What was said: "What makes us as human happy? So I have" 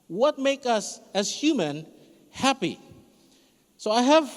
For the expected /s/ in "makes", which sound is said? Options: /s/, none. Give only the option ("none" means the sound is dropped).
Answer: none